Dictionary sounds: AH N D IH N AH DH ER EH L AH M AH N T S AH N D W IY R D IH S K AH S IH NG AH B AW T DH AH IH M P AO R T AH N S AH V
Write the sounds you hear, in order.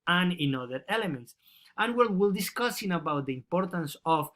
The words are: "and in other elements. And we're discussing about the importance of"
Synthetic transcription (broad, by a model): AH N IH N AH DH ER EH L AH M AH N T S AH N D W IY L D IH S K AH S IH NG AH B AW T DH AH IH M P AO R T AH N S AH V